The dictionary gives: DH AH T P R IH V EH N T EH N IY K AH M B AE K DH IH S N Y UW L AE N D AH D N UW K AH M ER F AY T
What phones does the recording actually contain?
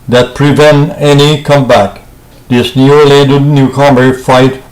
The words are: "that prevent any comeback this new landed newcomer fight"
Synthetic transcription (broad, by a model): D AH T P R IH V EH N T EH N IY K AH M B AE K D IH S N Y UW L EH D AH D N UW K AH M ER F AY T